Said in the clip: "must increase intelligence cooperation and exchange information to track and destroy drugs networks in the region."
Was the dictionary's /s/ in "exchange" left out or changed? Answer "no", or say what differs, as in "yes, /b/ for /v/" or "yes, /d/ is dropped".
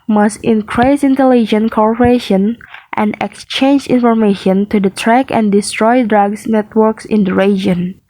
no